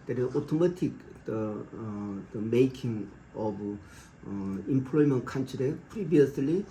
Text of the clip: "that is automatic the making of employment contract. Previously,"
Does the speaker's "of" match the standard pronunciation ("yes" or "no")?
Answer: no